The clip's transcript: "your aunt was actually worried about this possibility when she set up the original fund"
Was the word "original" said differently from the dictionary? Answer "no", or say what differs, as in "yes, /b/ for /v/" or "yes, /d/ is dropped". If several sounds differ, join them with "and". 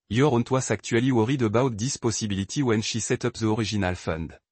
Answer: yes, /ʒ/ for /dʒ/